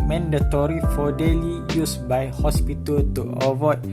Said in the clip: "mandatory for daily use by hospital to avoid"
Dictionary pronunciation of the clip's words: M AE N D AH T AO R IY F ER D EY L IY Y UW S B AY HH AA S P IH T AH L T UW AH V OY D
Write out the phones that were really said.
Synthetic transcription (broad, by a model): M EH N D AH T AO R IY F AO D EY L IY Y UW S B AY HH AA S P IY T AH L T UW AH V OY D